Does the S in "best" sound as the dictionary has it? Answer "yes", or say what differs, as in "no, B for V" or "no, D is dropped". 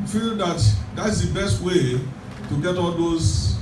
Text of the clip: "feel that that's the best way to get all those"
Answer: yes